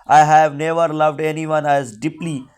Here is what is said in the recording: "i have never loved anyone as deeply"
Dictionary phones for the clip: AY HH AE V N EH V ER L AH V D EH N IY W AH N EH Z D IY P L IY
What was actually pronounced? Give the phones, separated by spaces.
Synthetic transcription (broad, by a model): AY HH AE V N EH V ER L AH V D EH N IY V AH N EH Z D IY P L IY